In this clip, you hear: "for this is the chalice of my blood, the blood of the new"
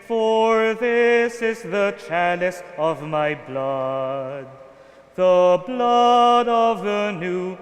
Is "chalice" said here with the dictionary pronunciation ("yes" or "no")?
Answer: yes